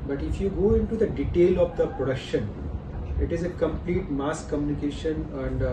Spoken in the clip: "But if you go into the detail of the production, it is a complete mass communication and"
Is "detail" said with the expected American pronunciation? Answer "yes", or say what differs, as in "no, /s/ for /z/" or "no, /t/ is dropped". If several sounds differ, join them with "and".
yes